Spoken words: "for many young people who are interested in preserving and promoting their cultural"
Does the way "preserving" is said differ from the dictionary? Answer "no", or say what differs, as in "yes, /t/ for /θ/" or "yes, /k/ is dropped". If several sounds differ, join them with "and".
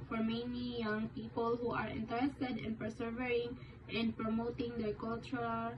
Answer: yes, /ɹ/ is dropped and /s/ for /z/